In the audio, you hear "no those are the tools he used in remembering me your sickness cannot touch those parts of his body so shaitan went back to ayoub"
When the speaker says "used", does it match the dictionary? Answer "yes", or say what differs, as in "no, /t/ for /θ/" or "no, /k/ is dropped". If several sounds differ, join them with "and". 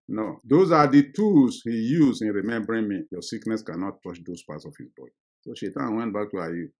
no, /d/ is dropped